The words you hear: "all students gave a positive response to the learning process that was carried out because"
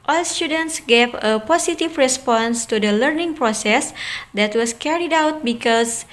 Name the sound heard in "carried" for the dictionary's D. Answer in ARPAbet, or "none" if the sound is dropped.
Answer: D